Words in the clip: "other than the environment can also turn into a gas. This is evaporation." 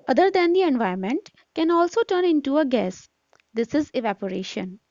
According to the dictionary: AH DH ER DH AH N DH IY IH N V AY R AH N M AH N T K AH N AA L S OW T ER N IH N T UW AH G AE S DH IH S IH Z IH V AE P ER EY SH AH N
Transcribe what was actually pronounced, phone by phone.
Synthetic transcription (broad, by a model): AH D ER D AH N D IY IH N V AY AH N M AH N T K AH N AA L S OW T ER N IH N T UW AH G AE S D IH S IH Z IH V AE P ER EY SH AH N